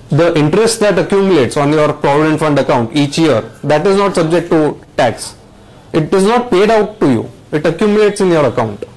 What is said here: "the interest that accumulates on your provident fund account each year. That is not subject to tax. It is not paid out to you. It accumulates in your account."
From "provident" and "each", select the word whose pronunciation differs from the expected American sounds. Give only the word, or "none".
none